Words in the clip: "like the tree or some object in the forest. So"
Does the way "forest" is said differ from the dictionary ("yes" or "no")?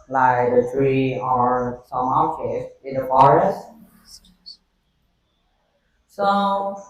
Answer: no